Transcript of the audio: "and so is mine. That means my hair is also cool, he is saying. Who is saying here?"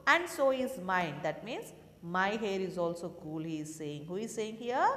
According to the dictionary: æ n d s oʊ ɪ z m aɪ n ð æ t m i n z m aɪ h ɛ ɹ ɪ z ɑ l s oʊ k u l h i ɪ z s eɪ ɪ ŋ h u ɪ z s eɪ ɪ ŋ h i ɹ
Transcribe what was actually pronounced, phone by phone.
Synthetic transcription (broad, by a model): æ n d s oʊ ɪ z m aɪ n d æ t m i n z m aɪ h ɛ ɹ ɪ z ɑ l s oʊ k u l h i ɪ z s eɪ ɪ ŋ h u ɪ z s eɪ ɪ ŋ h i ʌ